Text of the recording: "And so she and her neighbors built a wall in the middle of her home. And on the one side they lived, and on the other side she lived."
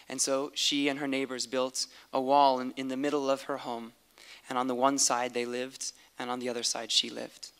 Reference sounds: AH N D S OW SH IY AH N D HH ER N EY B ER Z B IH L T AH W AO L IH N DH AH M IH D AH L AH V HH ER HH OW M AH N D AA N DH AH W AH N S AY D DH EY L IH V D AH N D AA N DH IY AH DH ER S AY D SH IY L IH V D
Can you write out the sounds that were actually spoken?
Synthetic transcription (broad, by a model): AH N S OW SH IY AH N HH ER N EY B ER Z B IH L T AH W AO L IH N DH AH M IH D L AH V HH ER HH OW M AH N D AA N DH AH W AH N S AY D DH EY L IH V D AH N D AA N DH IY AH DH ER S AY D SH IY L IH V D